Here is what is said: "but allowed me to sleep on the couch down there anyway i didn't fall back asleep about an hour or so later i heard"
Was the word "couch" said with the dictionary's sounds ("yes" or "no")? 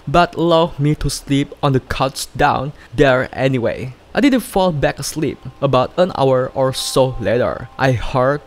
no